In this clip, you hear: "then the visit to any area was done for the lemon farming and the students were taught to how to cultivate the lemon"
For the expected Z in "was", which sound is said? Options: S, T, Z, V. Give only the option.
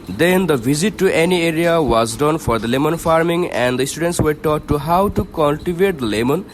Z